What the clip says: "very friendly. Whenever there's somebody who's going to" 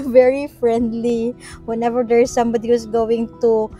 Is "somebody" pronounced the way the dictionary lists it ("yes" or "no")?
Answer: yes